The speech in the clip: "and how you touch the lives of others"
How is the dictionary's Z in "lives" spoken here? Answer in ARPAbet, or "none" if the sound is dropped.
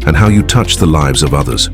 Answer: Z